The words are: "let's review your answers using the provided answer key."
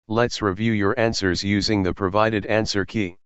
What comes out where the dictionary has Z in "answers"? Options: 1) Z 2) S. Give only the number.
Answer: 1